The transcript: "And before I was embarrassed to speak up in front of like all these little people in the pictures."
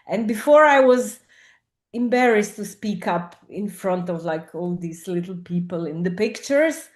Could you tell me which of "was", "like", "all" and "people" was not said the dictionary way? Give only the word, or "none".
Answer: none